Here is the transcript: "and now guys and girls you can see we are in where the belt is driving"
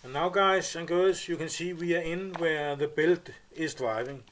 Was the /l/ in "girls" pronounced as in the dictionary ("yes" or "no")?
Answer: no